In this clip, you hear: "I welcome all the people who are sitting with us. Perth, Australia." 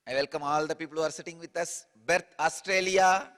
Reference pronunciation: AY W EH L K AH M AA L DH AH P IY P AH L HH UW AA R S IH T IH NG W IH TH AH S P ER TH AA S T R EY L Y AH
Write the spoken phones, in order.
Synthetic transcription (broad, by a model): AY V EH L K AH M AA L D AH P IY P AH L HH UW AA R S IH T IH NG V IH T AH S B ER T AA S T R EY L Y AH